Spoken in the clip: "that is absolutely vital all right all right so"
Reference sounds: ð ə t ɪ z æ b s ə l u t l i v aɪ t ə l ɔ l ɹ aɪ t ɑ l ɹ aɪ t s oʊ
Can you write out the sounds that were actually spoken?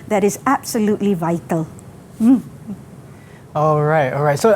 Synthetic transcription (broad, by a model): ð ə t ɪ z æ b s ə l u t l i v aɪ t ə l ɔ l ɹ aɪ t ɑ l ɹ aɪ t s oʊ